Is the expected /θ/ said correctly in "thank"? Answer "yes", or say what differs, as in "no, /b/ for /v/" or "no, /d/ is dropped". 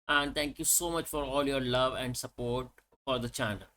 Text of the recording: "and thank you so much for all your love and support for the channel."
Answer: no, /t/ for /θ/